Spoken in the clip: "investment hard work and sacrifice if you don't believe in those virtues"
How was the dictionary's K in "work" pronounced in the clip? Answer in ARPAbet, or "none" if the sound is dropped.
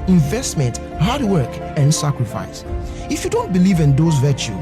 K